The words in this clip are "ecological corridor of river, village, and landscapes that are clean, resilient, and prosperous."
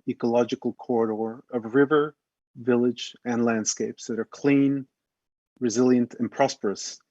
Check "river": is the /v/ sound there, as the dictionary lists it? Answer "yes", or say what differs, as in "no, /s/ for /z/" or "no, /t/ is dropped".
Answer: yes